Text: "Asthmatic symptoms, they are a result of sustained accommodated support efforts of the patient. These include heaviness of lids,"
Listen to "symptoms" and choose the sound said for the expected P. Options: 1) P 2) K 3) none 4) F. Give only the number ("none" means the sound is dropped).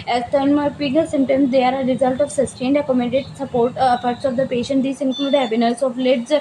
3